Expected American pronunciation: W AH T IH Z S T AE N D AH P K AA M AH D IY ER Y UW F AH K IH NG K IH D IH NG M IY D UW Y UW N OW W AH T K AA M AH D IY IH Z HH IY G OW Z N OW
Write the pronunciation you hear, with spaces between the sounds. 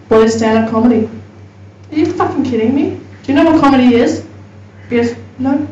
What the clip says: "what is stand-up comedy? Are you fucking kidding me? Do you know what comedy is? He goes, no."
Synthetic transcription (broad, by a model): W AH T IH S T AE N AH K AA M AH D IY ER Y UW F AH K IH NG K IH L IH NG M IY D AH Y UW N OW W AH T K AA M AH D IY IH Z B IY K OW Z N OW